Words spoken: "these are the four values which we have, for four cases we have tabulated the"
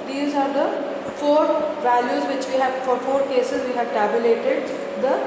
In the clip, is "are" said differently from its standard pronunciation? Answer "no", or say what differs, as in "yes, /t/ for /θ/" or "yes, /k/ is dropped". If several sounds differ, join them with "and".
no